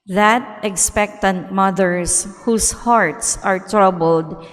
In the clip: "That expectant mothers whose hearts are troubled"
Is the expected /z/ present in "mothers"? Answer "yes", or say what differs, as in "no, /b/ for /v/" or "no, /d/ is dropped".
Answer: no, /s/ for /z/